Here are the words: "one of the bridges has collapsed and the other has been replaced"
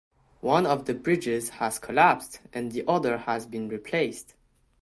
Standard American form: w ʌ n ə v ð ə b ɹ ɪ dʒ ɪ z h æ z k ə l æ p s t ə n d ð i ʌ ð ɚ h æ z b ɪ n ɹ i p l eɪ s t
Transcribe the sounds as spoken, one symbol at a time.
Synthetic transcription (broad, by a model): w ʌ n ə v ð ə b ɹ ɪ dʒ ɪ z h æ z k ə l æ p s t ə n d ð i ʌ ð ɚ h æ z b ɪ n ɹ i p l eɪ s t